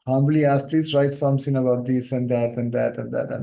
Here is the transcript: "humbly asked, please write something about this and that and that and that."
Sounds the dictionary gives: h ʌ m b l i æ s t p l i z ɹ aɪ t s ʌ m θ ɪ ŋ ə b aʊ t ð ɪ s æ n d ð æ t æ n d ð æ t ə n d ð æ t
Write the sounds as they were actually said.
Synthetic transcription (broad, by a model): h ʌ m b l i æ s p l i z ɹ aɪ t s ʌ m t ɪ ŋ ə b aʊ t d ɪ s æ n d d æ t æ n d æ t ə n d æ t